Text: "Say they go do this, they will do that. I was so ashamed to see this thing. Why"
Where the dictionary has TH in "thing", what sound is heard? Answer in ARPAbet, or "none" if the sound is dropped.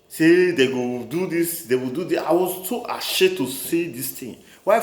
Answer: T